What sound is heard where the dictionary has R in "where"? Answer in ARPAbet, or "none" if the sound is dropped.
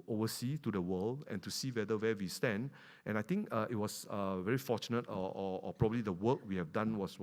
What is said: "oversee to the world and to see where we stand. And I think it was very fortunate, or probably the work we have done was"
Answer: W